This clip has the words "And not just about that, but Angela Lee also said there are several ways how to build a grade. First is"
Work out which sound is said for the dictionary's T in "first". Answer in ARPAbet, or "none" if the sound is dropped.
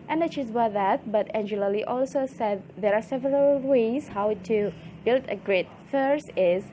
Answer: none